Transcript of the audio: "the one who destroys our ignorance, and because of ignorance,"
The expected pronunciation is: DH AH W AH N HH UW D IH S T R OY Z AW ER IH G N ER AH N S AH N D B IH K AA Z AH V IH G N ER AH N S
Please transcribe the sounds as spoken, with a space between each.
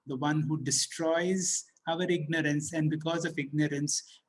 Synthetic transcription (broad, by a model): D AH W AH N HH UW D IH S T R OY Z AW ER IH G N ER AH N S AH N D B IH K AA Z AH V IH G N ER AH N S